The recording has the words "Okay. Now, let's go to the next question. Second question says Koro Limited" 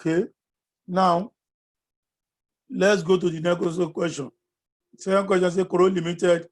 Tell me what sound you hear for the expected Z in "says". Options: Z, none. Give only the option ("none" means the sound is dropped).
none